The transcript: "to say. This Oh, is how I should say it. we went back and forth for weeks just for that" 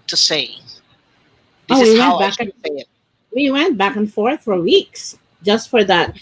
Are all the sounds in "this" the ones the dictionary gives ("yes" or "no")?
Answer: no